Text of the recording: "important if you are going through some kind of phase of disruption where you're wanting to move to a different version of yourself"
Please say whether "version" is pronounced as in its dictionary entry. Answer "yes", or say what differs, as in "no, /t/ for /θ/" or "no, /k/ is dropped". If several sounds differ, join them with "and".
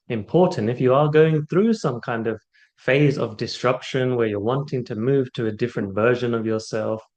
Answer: yes